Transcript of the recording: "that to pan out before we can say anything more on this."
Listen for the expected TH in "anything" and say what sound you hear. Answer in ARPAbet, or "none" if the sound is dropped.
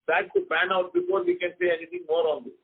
T